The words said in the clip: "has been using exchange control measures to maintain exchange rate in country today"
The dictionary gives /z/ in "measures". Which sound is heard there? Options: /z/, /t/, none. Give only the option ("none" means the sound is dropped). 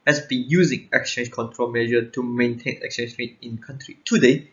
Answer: none